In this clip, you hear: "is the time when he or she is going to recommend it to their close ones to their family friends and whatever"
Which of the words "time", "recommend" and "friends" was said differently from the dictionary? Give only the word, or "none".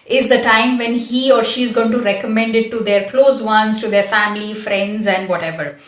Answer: none